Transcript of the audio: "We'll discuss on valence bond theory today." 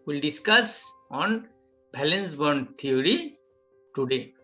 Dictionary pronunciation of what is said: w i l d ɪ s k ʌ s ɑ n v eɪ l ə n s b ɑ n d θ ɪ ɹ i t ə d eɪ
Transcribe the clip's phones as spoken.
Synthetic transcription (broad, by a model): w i l d ɪ s k ʌ s ɑ n b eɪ l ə n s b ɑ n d t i ɹ i t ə d eɪ